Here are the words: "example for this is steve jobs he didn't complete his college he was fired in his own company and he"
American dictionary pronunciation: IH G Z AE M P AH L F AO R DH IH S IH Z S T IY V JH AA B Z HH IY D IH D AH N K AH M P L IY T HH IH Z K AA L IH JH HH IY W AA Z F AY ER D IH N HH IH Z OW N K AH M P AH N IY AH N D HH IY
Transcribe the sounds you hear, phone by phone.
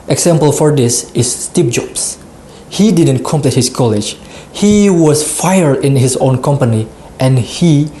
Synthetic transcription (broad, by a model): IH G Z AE M P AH L F AO R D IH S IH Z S T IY P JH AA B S HH IY D IH D AH N K AH M P L IY T HH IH S K AA L IH JH HH IY W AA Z F AY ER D IH N HH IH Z OW N K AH M P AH N IY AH N HH IY